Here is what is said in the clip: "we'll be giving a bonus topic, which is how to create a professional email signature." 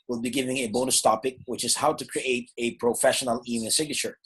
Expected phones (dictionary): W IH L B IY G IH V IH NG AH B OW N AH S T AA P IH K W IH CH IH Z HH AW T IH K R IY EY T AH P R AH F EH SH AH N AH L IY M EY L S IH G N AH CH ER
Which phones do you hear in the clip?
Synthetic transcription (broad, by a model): W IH L B IY G IH V IH NG AH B OW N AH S T AA P IH K W IH CH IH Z HH AW T IH K R IY EY T AH P R AH F EH SH AH N AH L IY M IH N S IH G N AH CH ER